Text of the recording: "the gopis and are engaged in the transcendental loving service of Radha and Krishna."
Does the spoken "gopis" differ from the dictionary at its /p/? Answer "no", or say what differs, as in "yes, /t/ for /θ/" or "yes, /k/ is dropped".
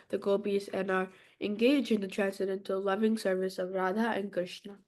yes, /b/ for /p/